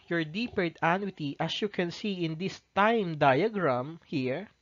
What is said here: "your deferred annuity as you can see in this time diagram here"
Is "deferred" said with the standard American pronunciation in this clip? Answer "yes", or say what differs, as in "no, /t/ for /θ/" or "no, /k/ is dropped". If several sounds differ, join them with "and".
no, /p/ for /f/